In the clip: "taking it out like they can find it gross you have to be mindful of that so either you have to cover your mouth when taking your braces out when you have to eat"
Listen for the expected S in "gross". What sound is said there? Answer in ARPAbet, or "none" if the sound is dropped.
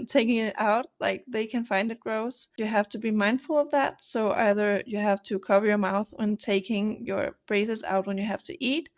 S